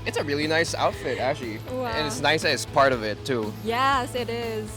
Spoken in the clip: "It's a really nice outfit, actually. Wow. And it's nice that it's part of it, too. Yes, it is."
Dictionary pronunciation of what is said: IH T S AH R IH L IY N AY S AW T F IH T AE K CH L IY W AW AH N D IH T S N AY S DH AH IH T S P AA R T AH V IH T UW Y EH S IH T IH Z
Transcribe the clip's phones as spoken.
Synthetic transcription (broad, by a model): IH T S AH R IH L IY N AY S AW T F IH T AE K CH IY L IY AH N IH T S N AY S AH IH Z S P AA R T AH V IH T UW Y EH S IH T IH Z